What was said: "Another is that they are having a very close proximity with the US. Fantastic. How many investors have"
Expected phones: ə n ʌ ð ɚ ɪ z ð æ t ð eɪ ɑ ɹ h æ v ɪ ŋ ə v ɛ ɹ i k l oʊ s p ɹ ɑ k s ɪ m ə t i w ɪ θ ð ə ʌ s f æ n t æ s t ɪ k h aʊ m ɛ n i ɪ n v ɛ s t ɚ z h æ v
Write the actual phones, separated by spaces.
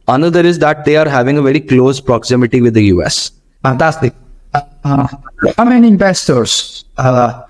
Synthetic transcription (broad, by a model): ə n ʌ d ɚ ɪ z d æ t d eɪ ɑ ɹ h æ v ɪ ŋ ə v ɛ ɹ i k l oʊ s p ɹ ɑ k s ɪ m ə t i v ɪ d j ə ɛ s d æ t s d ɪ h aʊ m ɛ n i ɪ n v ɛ s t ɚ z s